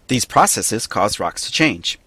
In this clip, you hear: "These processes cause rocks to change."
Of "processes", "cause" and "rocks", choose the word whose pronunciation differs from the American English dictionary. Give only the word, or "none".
none